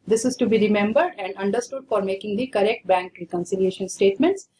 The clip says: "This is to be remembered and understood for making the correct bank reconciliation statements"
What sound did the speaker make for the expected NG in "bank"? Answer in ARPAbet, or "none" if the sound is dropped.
NG